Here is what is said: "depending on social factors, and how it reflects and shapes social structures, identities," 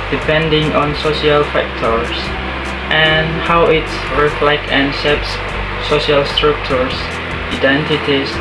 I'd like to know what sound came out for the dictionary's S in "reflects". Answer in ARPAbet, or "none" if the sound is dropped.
none